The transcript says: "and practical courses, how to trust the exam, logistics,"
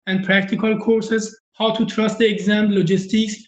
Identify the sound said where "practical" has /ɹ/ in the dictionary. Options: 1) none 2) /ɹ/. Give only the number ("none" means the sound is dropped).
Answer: 2